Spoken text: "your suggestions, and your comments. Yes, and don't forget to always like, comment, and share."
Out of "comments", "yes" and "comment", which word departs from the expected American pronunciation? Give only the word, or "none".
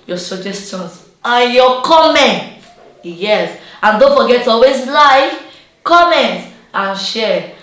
comments